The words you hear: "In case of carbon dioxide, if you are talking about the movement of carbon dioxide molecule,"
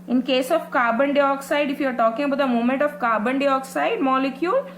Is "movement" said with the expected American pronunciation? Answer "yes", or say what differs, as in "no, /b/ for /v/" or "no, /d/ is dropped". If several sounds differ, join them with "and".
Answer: no, /v/ is dropped